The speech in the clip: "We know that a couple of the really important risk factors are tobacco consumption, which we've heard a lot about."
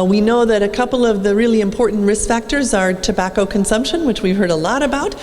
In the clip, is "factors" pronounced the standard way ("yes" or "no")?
yes